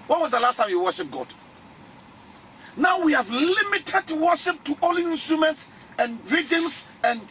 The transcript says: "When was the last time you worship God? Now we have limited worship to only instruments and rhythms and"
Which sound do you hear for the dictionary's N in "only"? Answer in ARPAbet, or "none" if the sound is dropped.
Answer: none